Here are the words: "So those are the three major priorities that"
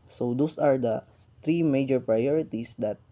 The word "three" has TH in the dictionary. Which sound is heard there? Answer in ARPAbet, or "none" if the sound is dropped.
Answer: T